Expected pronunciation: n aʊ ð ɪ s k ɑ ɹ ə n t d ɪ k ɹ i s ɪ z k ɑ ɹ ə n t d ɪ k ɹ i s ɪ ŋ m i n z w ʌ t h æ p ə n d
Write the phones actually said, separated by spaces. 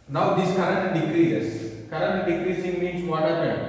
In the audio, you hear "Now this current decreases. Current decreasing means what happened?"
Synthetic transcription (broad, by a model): n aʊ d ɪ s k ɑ ɹ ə n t d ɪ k ɹ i ɪ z k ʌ ɹ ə n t d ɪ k ɹ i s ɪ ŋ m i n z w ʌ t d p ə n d